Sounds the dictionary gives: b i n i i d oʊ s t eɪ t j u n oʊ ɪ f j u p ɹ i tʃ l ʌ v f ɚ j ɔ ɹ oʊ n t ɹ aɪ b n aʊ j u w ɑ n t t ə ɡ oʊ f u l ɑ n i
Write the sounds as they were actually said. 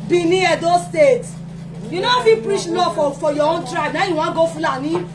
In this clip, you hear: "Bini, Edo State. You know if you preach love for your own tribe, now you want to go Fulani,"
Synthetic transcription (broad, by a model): b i n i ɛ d oʊ s t eɪ t j u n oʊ ɪ f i p ɹ i tʃ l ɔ f f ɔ j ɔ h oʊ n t ɹ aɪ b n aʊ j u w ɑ ɡ oʊ f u l ɑ n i